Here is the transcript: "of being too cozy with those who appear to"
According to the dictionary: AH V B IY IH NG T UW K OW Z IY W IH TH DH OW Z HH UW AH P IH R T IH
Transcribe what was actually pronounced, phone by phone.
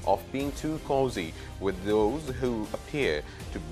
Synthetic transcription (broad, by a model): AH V B IY IH NG T UW K OW Z IY W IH DH OW Z HH UW AH P IH R T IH